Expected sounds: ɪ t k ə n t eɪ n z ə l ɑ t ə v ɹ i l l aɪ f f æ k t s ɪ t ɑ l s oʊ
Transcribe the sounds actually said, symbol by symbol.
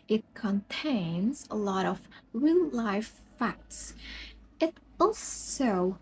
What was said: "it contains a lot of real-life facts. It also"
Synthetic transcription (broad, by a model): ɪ t k ə n t eɪ n z ə l ɑ t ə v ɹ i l l aɪ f f æ k t s ɪ t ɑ l s oʊ